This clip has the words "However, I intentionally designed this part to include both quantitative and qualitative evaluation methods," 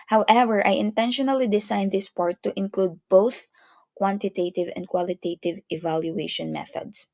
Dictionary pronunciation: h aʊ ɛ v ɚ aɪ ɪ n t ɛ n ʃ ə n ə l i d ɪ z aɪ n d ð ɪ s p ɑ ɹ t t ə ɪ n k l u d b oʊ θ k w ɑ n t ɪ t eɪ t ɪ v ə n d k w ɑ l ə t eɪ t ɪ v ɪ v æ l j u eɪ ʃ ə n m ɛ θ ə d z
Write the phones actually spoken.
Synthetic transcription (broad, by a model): h aʊ ɛ v ɚ aɪ ɪ n t ɛ n ʃ ə n ə l i d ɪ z aɪ n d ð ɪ s p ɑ ɹ t t ɪ n k l u d b oʊ θ k w ɑ n t ɪ t eɪ t ɪ v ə n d k w ɑ l ə t eɪ t ɪ v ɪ v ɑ l j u eɪ ʃ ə n m ɛ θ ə d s